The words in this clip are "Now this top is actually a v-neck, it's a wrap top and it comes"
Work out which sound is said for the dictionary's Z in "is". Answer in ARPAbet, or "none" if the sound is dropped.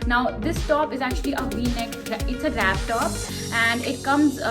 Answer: Z